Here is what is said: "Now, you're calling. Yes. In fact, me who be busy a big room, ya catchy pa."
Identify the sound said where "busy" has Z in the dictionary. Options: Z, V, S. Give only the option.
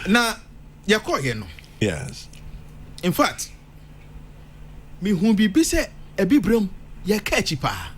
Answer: S